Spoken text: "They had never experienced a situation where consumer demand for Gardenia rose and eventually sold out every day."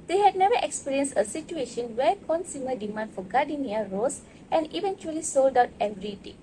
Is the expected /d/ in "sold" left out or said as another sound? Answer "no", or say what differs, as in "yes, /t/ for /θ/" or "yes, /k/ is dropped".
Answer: no